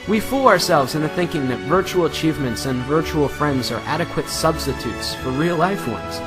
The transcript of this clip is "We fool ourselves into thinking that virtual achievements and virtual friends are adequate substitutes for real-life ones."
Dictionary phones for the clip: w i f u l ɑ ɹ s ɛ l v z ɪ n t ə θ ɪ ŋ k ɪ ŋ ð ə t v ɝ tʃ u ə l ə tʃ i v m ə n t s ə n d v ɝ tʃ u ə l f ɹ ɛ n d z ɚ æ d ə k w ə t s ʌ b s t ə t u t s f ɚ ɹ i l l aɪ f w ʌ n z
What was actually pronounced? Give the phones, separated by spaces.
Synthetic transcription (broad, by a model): w i f u l ɑ ɹ s ɛ l v z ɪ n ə θ ɪ ŋ k ɪ ŋ ð ə t v ɝ tʃ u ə l ə tʃ i v m ə n t s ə n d v ɝ tʃ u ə l f ɹ ɛ n d z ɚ æ d ə k w ə t s ʌ b s t ə t u t s f ɚ ɹ i l l aɪ f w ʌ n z